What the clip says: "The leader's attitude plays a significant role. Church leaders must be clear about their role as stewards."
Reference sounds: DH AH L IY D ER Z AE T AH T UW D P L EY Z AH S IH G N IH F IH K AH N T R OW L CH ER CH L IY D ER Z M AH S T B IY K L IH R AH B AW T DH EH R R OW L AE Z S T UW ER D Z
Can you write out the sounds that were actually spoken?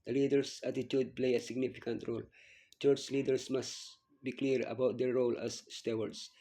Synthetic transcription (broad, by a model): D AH L IY D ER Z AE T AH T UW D P L EY AH S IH G N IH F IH K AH N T R OW L CH ER CH L IY D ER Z M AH S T B IY K L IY R AH B AW T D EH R R OW L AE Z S T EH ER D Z